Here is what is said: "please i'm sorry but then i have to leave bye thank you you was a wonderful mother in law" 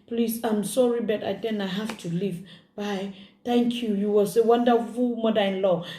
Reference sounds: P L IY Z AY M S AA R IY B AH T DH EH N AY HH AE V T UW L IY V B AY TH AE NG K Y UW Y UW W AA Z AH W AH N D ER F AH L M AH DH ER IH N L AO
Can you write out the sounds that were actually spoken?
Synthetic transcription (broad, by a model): P L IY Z AY M S AA R IY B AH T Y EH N AY HH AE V T UW L IY V B AY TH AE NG K Y UW Y UW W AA S AH W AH N D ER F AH L M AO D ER IH N L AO